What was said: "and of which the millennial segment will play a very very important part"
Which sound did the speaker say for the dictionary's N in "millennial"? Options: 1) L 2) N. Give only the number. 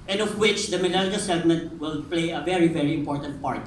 1